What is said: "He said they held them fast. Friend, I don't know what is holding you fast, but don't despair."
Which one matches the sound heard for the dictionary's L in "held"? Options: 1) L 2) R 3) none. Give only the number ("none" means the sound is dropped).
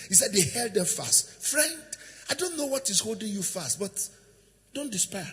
1